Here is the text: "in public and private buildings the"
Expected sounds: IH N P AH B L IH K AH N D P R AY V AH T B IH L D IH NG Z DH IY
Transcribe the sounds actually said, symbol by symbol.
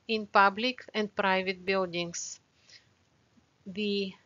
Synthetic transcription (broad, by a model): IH N P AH B L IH K AH N D P R AY V AH T B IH L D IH NG S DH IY